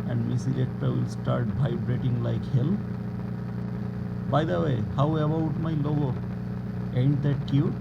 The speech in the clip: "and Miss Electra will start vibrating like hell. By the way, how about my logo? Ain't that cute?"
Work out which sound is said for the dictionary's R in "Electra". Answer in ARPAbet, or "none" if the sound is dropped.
none